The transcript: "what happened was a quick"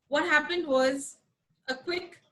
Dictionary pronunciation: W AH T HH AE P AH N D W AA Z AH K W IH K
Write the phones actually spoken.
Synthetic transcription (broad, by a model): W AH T HH AE P AH N D W AA Z AH K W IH K